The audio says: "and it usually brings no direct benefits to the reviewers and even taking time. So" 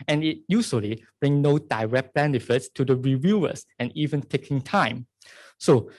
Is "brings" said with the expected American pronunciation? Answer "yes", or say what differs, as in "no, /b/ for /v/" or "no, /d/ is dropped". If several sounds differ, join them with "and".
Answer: no, /z/ is dropped